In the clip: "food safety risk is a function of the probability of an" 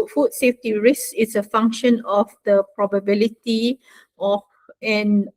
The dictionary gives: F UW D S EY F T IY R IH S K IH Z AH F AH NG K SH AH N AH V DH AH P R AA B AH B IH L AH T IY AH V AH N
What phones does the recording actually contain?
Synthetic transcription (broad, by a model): F UW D S EY F T IY R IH S IH S AH F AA NG K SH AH N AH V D AH P R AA B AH B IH L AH T IY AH F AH N